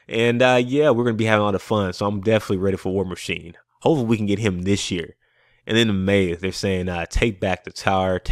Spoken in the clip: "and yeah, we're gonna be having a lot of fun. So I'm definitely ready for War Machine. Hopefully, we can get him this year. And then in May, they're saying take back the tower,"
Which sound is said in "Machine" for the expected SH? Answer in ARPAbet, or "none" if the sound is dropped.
SH